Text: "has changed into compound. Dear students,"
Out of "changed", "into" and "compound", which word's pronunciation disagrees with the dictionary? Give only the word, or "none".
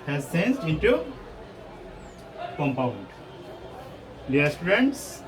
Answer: changed